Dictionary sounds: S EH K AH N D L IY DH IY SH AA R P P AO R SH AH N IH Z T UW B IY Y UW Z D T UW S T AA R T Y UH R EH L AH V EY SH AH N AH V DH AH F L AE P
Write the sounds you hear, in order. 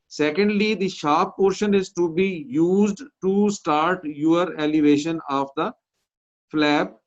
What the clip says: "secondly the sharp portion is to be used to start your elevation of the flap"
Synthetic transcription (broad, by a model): S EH K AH N D L IY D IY SH AA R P P AO R SH AH N IH Z T UW B IY Y UW Z D T UW S T AA R T Y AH R EH L AH V EY SH AH N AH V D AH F L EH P